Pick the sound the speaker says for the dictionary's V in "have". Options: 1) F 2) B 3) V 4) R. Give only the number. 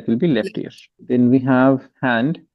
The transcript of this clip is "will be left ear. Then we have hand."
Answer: 3